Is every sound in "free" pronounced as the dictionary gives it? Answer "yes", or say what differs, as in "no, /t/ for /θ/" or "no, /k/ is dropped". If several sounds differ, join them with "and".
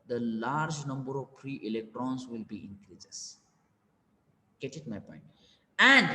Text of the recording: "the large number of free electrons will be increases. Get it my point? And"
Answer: no, /p/ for /f/